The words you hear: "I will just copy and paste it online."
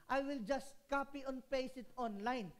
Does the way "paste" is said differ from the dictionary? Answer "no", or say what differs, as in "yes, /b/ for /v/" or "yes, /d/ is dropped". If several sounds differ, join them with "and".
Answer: yes, /t/ is dropped